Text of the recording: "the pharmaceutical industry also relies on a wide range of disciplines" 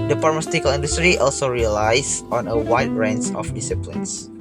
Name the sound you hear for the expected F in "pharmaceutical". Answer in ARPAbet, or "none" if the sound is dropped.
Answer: P